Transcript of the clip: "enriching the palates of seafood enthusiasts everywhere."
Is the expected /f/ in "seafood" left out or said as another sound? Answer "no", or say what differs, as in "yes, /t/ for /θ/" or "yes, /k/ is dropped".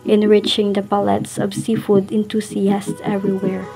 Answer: no